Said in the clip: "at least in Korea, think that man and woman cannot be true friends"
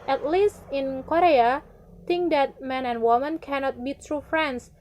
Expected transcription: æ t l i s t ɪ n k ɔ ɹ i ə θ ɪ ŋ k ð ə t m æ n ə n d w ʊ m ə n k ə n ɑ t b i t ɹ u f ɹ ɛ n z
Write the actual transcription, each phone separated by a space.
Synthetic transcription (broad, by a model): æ t l i s t ɪ n k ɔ ɹ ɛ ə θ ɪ ŋ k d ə t m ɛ n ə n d w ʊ m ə n k ə n ɑ t b i t ɹ u f ɹ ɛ n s